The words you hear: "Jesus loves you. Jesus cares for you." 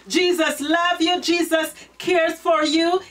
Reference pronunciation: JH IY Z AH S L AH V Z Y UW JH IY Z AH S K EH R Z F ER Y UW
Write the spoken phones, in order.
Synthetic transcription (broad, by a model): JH IY Z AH S L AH V Y UW JH IY Z AH S K EH R Z F ER Y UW